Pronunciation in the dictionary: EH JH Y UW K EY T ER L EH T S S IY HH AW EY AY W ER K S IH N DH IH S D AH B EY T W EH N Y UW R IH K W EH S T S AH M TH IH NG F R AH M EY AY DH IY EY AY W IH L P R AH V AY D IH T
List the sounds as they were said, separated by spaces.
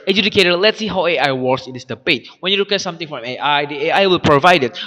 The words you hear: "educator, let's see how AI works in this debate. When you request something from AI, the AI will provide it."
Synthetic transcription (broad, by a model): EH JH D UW K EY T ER L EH T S S IY HH AW EY AY W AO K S IH N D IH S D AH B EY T W EH N Y UW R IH K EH T S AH M T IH NG F R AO M EY AY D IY EY AY W IH L P R AH V AY D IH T